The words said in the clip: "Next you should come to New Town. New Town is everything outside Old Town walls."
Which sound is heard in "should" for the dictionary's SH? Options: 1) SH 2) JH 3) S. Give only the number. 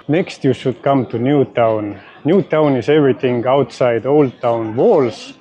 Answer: 3